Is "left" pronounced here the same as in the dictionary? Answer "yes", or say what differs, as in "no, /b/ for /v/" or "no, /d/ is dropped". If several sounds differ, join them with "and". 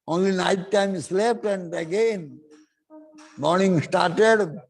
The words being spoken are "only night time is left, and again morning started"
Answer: no, /p/ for /f/